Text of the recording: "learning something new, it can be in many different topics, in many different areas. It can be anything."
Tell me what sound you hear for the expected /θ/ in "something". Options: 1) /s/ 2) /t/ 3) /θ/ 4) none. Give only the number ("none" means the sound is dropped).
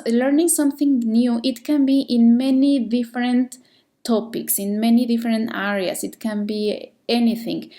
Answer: 3